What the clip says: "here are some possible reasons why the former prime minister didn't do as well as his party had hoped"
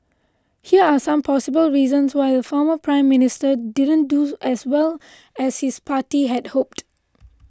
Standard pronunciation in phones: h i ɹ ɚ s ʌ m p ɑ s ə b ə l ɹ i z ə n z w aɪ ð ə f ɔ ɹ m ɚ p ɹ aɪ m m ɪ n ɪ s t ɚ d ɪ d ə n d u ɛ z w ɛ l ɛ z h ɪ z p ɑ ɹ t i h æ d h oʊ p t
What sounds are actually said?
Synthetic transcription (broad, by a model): h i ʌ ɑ s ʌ m p ɑ s ə b ə l ɹ i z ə n s w aɪ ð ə f ɔ m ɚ p ɹ aɪ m m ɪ n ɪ s t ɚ d ɪ d ə n d u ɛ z w ɛ l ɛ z h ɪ s p ɑ t i h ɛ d h oʊ p t